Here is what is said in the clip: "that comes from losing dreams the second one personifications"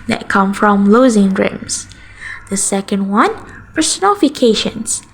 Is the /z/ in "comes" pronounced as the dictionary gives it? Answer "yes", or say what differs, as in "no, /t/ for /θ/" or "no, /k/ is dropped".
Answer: no, /z/ is dropped